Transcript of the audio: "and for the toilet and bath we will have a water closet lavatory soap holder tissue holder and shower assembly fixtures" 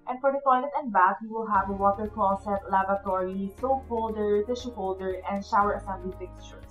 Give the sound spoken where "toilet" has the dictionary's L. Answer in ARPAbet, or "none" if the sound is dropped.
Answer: N